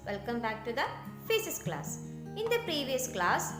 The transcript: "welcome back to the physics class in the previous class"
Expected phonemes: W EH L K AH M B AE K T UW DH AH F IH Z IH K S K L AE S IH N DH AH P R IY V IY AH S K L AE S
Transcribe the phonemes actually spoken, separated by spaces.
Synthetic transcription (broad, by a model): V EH L K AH M B AE K T UW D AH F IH S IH S K L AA S IH N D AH P R IY V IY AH S K L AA S